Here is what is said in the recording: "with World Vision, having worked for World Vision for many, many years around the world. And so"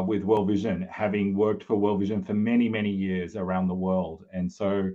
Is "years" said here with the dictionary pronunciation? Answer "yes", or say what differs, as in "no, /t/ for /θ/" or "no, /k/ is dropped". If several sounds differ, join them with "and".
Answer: yes